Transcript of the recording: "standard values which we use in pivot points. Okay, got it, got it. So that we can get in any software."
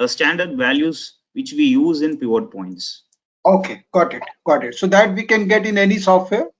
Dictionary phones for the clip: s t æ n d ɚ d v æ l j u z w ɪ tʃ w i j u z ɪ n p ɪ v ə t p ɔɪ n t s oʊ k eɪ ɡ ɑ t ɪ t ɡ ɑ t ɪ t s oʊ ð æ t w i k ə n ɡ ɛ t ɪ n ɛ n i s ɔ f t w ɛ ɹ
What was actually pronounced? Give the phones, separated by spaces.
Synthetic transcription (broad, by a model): s t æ n d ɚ d v æ l j u z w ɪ tʃ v i j u z ɪ n p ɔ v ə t p ɔɪ n t s oʊ k eɪ ɡ ɑ t ɪ t ɡ ɑ t ɪ t s oʊ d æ t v i k ə n ɡ ɛ t ɪ n ɛ n i s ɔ f t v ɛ ɹ